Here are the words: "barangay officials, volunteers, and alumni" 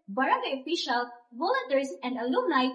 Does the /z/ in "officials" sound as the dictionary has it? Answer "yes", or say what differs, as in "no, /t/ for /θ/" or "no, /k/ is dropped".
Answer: no, /z/ is dropped